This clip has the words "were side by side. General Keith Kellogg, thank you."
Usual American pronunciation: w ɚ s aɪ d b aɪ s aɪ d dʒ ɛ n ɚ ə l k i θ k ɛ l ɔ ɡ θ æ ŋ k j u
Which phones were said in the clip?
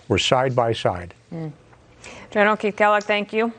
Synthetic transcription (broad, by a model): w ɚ s aɪ d b aɪ s aɪ d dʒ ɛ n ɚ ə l k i t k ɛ l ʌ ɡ θ æ ŋ k j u